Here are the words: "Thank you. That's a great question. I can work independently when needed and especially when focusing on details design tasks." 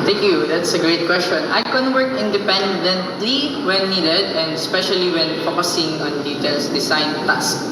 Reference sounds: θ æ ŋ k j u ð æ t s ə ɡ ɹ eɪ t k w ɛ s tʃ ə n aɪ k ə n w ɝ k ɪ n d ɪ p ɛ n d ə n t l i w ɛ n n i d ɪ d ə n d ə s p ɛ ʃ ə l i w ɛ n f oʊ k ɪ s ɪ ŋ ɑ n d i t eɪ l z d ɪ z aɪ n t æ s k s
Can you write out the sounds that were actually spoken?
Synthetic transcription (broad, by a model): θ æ ŋ k j u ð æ t s ə ɡ ɹ eɪ t k w ɛ s tʃ ə n aɪ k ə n w ɝ k ɪ n d ɪ p ɛ n d ə n t l i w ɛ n n i d ɪ d ə n d ə s p ɛ ʃ ə l i w ɛ n f oʊ k ɪ s ɪ ŋ ɑ n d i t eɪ l s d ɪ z aɪ n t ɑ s s